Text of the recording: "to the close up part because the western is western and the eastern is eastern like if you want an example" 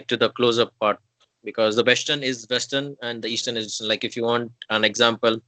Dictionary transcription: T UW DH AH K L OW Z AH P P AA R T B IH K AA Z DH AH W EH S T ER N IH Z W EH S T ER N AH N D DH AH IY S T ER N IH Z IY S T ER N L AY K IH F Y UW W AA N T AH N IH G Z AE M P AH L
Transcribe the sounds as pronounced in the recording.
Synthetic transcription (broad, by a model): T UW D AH K L OW Z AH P P AA R T B IH K AA Z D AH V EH S T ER N IH Z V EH S T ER N AH N D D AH IY S T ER N IH Z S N L AY K IH F Y UW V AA N T AH N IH G Z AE M P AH L